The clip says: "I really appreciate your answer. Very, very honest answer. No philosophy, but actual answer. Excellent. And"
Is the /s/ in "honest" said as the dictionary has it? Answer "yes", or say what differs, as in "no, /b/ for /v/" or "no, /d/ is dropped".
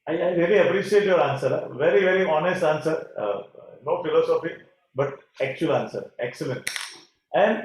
yes